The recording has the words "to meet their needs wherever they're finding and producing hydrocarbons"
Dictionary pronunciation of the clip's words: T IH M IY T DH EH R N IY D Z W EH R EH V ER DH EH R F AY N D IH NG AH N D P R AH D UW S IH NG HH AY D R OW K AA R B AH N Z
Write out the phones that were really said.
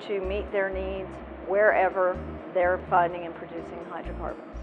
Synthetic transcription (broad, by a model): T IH M IY T DH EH R N IY D Z W EH R EH V ER DH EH R F AY N D IH NG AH N P R AH D UW S IH NG HH AY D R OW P AA R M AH N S